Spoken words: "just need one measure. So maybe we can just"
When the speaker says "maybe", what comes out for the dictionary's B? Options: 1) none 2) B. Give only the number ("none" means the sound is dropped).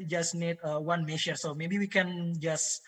2